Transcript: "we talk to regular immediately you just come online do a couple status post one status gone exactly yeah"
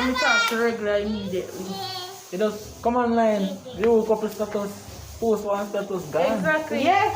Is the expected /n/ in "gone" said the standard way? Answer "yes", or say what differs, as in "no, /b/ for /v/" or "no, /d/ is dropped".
no, /n/ is dropped